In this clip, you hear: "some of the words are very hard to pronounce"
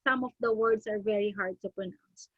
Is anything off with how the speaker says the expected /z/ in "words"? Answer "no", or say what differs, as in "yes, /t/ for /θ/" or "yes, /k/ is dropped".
yes, /s/ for /z/